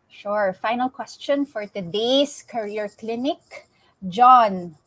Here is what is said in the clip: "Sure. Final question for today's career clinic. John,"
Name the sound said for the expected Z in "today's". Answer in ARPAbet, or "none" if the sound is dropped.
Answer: S